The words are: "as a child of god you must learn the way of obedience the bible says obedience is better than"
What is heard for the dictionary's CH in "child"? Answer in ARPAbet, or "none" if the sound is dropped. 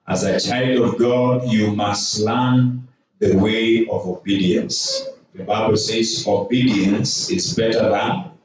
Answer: CH